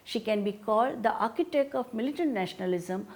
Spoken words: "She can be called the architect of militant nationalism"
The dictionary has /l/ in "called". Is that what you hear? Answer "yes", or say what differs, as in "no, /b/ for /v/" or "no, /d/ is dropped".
yes